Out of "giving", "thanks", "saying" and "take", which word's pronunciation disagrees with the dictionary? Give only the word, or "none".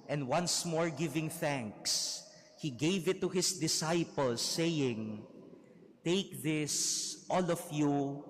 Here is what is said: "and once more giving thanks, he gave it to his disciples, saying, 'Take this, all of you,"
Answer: none